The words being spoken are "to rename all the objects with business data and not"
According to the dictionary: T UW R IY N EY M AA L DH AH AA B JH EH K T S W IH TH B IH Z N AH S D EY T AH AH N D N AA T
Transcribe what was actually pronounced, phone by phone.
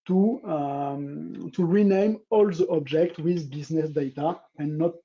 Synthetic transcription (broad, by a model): T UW R IY N EY M AA L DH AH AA B JH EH K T W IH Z B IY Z N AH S D EY T AH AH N N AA T